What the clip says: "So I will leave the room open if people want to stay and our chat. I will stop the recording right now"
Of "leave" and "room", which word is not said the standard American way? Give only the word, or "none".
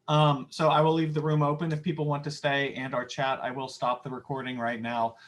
none